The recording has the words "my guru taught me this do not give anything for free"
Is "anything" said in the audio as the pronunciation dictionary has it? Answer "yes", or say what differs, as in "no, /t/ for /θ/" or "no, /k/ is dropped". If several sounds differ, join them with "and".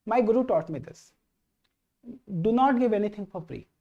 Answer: no, /t/ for /θ/